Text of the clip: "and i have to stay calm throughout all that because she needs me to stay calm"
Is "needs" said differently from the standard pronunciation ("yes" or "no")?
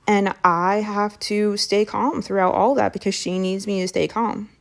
no